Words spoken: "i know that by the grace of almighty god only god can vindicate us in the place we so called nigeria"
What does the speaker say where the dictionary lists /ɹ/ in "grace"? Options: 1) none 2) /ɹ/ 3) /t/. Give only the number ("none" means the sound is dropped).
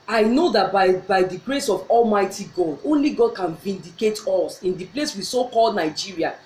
2